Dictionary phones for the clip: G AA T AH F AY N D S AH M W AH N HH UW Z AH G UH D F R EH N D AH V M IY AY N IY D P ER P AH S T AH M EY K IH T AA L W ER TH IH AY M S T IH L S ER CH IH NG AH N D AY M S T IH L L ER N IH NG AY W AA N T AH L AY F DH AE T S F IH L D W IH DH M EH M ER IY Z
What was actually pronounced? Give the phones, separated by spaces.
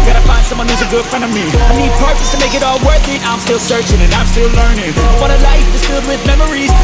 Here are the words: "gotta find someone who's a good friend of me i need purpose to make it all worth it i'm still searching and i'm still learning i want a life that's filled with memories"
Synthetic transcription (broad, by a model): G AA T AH F AY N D S AH M W AH N HH UW Z AH G UH D F R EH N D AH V M IY AY N IY D P ER P AH S T AH M EY K IH T AA L W ER TH IH AY M S T IH L S ER CH IH NG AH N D AY M S T IH L L ER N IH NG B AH T AH L AY F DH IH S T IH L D W IH DH M EH M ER IY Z